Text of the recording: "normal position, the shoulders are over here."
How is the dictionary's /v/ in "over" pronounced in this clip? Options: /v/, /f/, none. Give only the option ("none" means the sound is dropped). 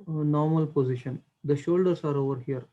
/v/